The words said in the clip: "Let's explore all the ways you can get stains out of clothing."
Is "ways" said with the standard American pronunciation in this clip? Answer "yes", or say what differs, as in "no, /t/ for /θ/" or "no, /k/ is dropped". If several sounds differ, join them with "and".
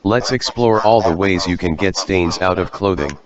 yes